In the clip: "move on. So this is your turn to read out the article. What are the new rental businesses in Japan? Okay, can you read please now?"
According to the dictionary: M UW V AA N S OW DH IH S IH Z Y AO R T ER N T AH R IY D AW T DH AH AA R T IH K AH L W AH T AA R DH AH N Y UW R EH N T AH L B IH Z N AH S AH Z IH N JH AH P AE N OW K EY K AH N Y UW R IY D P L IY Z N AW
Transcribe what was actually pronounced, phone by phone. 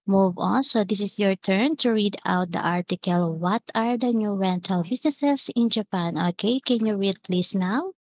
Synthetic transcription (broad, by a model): M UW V AA N S OW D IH S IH S Y AO R T ER N T AH R IY D AW T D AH AA R T IH K AH L W AH T AA R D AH N Y UW R EH N T AH L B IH S N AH S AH S IH N JH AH P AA N OW K EY K AH N Y UW R IY D P L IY S N AW